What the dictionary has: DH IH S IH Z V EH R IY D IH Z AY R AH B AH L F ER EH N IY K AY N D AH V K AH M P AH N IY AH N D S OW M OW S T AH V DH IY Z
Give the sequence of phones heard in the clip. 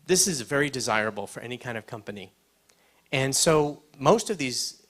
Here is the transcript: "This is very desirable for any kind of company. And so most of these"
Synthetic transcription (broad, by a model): DH IH S IH Z V EH R IY D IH Z AY R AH B L F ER EH N IY K AY N D AH V K AH M P AH N IY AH N S OW M OW S T AH V DH IY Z